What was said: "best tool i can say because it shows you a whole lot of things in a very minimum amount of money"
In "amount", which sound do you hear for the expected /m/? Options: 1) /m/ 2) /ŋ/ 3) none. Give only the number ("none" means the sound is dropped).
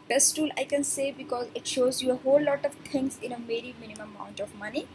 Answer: 3